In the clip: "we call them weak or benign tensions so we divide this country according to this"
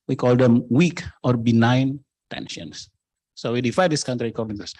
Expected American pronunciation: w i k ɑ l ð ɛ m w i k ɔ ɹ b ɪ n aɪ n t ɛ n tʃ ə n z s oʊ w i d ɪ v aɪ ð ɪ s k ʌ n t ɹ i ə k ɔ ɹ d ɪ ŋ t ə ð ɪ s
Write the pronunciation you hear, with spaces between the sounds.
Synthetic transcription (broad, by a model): w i k ɑ l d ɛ m w i k ɔ ɹ b ɪ n aɪ n t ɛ n ʃ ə n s s oʊ w i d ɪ f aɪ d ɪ s k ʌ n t ɹ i k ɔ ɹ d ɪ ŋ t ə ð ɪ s